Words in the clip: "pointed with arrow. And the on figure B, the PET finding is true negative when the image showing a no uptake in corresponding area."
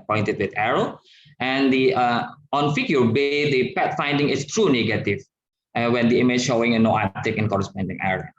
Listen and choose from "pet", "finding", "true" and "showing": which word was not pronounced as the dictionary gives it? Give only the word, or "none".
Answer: none